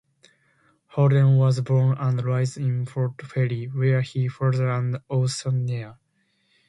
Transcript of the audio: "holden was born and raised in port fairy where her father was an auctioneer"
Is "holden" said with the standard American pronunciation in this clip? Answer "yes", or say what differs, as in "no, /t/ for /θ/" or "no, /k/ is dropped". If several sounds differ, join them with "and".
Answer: no, /l/ is dropped